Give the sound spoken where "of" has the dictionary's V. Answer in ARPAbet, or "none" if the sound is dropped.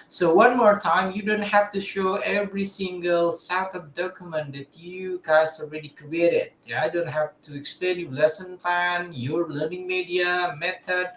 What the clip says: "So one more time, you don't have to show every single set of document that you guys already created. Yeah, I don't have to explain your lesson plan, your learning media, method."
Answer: P